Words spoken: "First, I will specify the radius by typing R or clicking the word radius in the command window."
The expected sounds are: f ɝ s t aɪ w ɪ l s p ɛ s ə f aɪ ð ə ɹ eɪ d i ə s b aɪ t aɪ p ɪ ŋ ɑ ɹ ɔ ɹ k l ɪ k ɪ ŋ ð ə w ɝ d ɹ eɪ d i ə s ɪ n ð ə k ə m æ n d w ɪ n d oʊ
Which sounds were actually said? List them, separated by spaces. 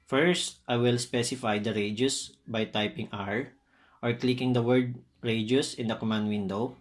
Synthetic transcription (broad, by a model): f ɝ s t aɪ w ɪ l s p ɛ s ə f aɪ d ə ɹ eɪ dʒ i s b aɪ t aɪ p ɪ ŋ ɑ ɹ ɔ ɹ k l ɪ k ɪ ŋ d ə w ɝ d ɹ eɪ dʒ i s ɪ n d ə k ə m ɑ n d w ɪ n d oʊ